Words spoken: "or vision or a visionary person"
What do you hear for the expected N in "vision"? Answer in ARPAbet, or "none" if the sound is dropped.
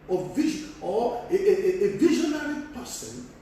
none